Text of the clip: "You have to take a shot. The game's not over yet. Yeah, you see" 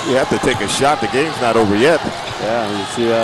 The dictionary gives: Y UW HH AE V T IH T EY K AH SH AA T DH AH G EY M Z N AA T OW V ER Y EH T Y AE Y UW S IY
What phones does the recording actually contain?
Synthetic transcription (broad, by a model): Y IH HH AE F T IH T EY K AH SH AA T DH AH G EY M Z N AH T OW V ER Y EH T Y AE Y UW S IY